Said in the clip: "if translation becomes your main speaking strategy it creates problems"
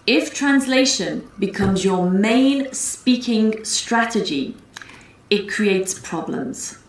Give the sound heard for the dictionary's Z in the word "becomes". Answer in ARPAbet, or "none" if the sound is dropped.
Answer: Z